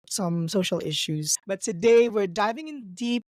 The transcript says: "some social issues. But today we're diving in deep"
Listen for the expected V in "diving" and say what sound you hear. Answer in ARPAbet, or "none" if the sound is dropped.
V